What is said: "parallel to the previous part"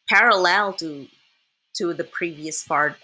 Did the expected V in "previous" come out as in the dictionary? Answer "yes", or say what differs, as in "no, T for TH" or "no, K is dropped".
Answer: yes